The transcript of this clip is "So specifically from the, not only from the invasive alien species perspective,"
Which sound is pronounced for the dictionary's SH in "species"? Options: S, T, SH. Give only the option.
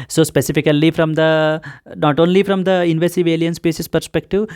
S